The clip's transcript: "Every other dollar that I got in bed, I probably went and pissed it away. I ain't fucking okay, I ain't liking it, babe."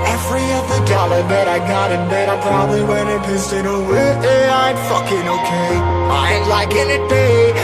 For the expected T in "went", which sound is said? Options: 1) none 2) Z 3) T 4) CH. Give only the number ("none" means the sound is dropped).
1